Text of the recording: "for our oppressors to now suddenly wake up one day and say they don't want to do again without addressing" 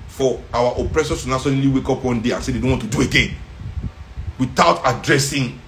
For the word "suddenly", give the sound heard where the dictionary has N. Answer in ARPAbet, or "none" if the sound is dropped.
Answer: none